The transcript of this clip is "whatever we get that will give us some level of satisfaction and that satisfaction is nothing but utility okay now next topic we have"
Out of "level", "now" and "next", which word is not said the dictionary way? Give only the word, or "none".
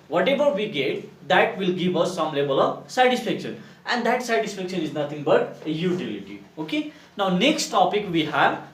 level